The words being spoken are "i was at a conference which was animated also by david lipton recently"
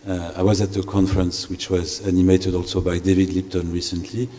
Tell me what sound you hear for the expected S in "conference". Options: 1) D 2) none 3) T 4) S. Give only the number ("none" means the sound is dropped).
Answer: 4